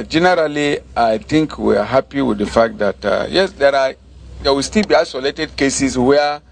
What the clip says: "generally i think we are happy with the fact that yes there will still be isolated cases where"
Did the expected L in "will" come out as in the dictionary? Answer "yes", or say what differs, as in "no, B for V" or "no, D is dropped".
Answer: no, W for L